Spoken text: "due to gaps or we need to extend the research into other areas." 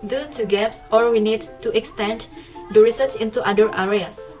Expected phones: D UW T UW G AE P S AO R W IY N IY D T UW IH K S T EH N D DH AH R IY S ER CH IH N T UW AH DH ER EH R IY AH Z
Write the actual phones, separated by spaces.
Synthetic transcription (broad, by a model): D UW T UW G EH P S AO R W IY N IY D T UW IH K S T EH N D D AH R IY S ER S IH N T UW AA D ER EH R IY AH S